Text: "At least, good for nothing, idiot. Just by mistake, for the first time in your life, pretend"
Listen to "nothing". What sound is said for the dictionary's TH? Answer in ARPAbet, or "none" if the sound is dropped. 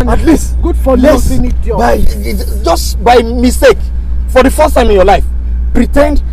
S